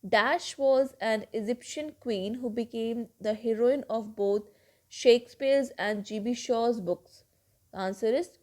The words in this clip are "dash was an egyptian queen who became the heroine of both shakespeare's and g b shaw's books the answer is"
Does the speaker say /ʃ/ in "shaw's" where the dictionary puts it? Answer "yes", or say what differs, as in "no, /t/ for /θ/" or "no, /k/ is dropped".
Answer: yes